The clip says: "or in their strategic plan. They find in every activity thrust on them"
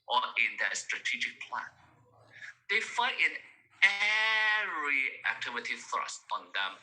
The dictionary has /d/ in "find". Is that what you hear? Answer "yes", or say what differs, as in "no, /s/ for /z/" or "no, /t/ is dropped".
no, /d/ is dropped